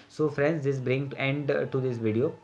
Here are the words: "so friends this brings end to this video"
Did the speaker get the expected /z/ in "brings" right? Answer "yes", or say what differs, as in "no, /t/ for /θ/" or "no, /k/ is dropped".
no, /z/ is dropped